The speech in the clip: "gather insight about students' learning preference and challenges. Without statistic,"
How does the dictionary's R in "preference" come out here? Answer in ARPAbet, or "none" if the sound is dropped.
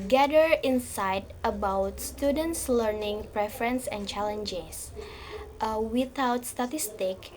R